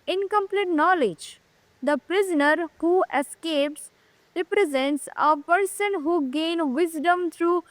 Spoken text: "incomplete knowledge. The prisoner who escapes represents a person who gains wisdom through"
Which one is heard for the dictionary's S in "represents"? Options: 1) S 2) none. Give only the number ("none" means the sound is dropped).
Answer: 1